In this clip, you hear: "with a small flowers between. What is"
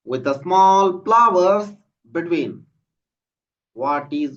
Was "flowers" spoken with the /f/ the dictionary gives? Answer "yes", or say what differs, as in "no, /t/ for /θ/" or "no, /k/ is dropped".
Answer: no, /p/ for /f/